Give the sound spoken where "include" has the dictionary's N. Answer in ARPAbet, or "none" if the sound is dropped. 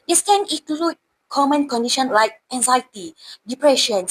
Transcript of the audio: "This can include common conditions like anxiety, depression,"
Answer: none